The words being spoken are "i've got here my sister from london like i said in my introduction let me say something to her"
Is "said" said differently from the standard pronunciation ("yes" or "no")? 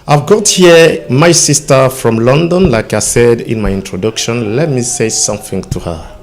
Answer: no